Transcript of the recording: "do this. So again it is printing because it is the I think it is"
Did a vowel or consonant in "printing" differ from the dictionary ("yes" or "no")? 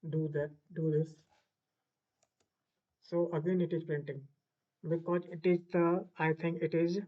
yes